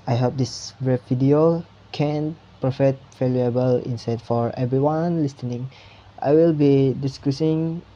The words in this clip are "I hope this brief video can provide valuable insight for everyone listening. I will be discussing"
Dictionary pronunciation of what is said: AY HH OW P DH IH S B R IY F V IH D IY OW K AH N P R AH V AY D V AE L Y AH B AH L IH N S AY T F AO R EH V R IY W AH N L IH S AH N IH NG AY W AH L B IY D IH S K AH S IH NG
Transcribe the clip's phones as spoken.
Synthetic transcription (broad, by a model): AY HH OW P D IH S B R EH P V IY D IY OW K AH N P R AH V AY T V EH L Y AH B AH L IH N S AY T F AO R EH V R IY W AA N L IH S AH N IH NG AY W AH L B IY D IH S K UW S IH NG